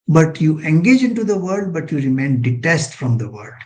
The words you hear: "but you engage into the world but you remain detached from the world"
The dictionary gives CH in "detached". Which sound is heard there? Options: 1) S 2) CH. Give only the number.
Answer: 1